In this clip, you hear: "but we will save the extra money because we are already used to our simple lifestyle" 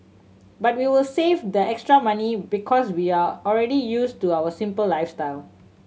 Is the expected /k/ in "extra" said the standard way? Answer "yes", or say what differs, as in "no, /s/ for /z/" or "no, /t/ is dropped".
yes